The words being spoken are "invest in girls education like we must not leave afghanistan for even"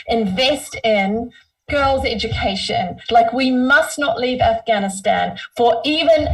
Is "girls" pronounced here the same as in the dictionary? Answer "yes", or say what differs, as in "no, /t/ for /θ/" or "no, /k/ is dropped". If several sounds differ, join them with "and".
yes